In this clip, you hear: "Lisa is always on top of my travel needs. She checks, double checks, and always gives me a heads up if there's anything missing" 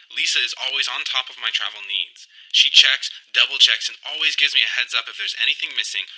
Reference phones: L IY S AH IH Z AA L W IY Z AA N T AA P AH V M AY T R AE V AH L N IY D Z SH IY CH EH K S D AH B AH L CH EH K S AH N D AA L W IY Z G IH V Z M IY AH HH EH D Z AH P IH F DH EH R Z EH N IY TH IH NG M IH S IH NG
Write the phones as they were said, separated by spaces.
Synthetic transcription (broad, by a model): L IY S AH IH Z AA L W IY Z N T AA P AH V M AY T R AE V L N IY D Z SH IY CH EH K S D AH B L CH EH K S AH N AA L W IY Z G IH V Z M IY AH HH EH D Z AH P IH F DH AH R Z EH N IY TH IH NG M IH S IH NG